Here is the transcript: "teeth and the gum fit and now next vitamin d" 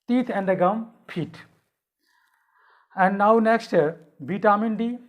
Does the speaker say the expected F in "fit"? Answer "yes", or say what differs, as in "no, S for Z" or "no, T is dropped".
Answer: no, P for F